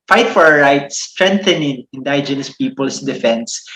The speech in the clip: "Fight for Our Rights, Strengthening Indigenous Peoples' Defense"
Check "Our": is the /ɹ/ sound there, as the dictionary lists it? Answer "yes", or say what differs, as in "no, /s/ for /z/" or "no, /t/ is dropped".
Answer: yes